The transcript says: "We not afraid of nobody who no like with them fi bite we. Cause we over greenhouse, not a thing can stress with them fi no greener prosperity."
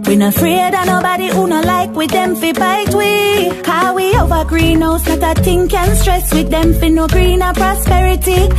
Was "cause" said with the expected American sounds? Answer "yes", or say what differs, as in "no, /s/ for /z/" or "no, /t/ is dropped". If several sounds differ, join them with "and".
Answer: no, /z/ is dropped